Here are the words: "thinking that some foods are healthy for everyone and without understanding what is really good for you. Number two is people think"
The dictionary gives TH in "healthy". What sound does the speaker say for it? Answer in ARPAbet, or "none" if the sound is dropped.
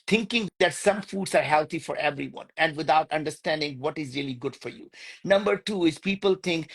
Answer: T